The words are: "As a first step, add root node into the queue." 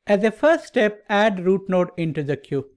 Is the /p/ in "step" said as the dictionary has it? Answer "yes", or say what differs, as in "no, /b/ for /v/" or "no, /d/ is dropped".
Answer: yes